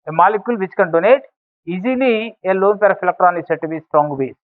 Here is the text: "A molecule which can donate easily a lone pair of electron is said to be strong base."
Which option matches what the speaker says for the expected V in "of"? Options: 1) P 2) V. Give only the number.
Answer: 1